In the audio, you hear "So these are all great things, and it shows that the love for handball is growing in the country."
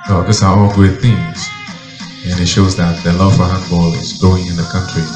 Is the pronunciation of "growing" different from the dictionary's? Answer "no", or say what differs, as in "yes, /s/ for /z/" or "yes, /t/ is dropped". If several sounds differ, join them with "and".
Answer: yes, /ɹ/ is dropped